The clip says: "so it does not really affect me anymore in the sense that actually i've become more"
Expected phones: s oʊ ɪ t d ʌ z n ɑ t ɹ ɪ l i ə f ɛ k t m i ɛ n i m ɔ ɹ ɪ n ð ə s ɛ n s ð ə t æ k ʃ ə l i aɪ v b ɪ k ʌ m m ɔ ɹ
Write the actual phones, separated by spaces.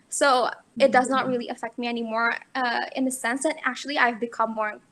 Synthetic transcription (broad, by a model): s oʊ ɪ t d ʌ z n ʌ t ɹ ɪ l i ə f ɛ k t m i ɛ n i m ɔ ɹ ɪ n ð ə s ɛ n s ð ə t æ k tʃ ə l i aɪ v b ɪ k ʌ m m ɔ ɹ